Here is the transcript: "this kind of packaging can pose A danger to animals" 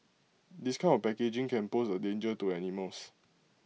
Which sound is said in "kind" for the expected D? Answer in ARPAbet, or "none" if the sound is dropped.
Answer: none